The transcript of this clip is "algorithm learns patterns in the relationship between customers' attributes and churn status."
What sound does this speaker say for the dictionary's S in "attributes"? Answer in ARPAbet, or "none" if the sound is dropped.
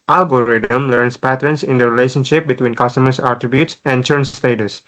S